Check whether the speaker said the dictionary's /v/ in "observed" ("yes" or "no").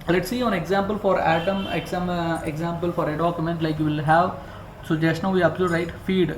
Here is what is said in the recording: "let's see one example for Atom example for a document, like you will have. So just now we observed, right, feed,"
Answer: no